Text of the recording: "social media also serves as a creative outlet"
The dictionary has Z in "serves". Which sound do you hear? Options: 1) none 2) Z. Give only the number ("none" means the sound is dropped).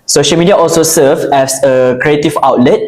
1